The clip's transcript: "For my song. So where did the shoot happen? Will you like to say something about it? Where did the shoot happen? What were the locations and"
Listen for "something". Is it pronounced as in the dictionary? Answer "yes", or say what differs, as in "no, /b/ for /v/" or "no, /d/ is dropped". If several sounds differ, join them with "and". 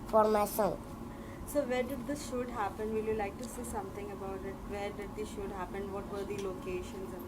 no, /t/ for /θ/